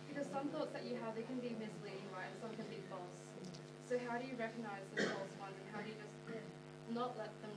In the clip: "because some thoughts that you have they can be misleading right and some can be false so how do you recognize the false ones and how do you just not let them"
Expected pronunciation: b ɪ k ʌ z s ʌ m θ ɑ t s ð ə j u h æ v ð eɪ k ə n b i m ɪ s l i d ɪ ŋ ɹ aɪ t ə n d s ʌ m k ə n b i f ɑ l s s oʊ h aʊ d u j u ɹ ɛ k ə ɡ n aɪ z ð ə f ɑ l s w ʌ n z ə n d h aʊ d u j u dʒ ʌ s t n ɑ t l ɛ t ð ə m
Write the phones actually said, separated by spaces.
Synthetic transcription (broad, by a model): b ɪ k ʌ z s ʌ m θ ɑ t s ð ə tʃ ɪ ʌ v ð eɪ k ə n b i m ɪ s l i d ɪ ŋ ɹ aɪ ə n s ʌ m k ə n b i f ɑ l s s oʊ h aʊ d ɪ j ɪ ɹ ɛ k ə ɡ n aɪ z ð ə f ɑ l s w ʌ n z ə n h aʊ d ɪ j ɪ dʒ ʌ s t n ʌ t l ɛ t ð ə m